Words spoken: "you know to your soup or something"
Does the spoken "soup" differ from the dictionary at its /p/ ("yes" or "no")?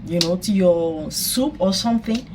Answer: no